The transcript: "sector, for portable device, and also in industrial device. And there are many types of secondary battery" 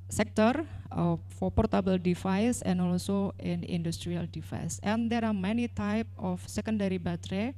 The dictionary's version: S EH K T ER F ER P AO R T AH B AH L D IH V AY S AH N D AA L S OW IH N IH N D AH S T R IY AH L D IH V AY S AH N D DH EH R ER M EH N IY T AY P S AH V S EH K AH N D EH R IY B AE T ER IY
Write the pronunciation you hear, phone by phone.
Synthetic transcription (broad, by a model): S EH K T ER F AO P AO R T AH B AH L D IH F AY S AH N AA L S OW IH N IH N D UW S T R IY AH L D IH F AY S AH N D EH R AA M EH N IY T AY P AH F S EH K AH N D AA R IY B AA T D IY